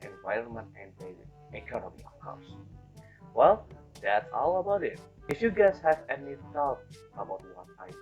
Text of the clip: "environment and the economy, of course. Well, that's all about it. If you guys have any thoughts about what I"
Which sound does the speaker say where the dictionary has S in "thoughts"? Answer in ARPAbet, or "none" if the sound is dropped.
none